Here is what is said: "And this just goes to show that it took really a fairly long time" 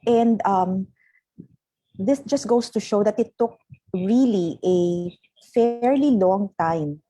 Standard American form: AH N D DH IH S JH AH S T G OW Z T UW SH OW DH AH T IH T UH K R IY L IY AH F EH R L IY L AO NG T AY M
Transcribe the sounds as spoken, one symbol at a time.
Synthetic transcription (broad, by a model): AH N D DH IH S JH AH S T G OW S T UW SH OW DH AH T IH T UH K R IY L IY AH F EH R L IY L AO NG T AY M